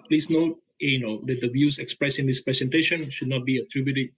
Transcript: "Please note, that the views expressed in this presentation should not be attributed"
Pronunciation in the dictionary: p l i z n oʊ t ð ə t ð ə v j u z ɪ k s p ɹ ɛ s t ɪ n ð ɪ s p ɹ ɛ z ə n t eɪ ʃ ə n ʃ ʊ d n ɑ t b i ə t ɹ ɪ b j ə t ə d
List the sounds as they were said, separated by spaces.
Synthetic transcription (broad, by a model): p l i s n oʊ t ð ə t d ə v j u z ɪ k s p ɹ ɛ s ɪ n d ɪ s p ɹ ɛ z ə n t eɪ ʃ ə n ʃ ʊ d n ɑ t b i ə t ɹ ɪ b j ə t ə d